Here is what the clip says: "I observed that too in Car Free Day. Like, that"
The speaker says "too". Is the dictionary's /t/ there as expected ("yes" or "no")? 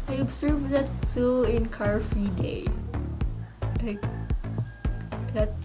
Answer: no